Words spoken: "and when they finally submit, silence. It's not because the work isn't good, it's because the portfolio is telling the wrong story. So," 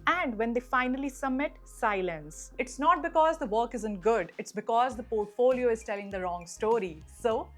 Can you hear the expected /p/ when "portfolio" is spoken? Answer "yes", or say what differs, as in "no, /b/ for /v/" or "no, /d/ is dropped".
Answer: yes